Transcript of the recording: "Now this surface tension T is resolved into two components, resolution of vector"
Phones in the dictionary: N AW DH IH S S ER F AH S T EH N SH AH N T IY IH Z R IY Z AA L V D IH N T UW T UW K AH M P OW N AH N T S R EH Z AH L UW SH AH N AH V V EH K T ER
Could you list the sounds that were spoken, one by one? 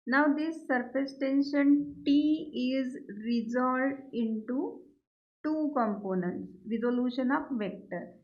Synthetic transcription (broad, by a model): N AW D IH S S ER F AH S T EH N SH AH N T IY IH Z R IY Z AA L D IH N T UW T UW K AH M P OW N AH N T S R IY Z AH L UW SH AH N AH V V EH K T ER